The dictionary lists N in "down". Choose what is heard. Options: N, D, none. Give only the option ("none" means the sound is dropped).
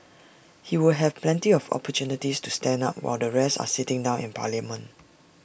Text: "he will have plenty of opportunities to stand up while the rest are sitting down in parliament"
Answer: N